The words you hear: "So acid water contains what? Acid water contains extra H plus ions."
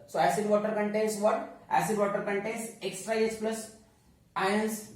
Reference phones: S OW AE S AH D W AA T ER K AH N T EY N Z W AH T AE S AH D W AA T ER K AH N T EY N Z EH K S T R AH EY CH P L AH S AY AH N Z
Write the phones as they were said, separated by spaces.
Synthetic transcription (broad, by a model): S OW AE S AH D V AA T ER K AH N T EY N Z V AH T AE S AH D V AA T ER K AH N T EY N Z EH K S T R AH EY S P L AH S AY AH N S